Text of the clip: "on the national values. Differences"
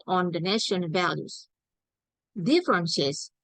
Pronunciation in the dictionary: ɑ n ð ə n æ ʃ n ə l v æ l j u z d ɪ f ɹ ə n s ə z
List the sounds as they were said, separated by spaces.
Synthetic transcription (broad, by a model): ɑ n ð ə n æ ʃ ə n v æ l j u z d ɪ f ɹ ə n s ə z